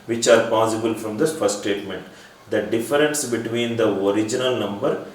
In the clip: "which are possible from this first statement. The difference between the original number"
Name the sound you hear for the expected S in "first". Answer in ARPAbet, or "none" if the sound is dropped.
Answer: none